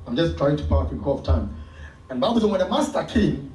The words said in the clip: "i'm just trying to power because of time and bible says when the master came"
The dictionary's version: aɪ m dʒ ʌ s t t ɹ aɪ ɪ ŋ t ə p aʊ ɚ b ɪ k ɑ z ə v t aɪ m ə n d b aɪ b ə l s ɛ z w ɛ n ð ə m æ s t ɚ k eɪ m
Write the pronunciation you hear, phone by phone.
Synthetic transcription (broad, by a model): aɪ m dʒ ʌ s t t ɹ aɪ ɪ ŋ t ə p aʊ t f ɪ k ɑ ə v t aɪ m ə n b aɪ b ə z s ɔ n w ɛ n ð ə m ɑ s t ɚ k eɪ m